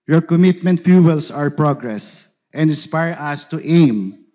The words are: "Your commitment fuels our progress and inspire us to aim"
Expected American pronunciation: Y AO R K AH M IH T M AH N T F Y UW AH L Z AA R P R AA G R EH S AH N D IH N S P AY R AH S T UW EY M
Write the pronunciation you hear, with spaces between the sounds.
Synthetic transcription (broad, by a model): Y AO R K AH M IH T M AH N T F Y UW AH L S AA R P R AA G R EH S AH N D IH N S P AY R AH S T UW EY M